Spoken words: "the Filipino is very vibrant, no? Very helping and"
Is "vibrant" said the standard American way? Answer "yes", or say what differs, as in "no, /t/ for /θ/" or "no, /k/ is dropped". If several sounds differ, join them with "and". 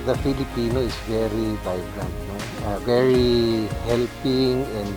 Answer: no, /b/ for /v/